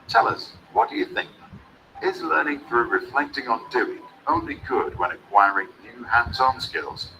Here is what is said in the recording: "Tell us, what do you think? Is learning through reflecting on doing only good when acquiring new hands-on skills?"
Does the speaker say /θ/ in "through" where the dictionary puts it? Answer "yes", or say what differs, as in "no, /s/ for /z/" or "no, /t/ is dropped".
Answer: yes